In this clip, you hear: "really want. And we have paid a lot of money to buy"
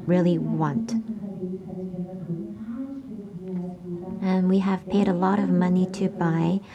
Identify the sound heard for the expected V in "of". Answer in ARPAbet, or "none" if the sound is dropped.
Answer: V